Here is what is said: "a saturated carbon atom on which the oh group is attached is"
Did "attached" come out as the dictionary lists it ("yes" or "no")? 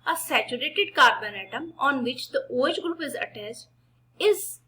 no